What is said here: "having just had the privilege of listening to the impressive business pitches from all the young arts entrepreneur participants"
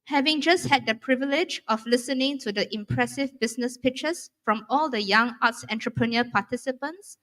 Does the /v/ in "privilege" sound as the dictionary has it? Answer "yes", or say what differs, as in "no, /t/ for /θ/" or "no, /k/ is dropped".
yes